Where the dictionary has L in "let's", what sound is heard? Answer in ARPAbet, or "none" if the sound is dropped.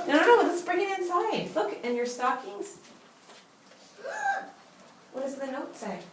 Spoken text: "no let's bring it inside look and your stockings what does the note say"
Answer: W